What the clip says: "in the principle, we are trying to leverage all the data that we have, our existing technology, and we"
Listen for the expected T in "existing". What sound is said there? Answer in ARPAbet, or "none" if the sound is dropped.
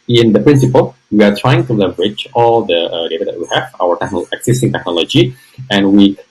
S